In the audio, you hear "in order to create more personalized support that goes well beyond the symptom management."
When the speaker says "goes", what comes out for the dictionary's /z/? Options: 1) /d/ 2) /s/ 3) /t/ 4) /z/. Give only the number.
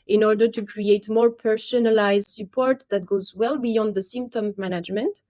4